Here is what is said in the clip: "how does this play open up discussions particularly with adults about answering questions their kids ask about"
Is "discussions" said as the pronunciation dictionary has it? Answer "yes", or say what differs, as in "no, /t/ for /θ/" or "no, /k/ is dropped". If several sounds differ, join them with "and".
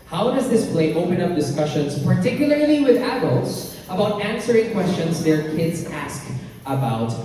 yes